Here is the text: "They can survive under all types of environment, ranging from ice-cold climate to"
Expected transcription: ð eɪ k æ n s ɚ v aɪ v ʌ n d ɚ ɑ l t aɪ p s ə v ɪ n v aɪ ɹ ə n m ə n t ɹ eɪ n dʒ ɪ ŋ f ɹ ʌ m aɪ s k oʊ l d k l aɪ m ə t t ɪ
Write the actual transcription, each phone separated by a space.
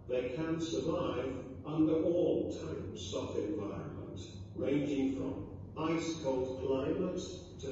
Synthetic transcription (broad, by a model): ð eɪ k æ n s ɚ v aɪ v ʌ n d ɚ ɑ l t aɪ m s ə f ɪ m v aɪ ɹ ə n m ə n t ɹ eɪ n dʒ ɪ ŋ f ɹ ʌ m aɪ s k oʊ l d k l aɪ m ə t t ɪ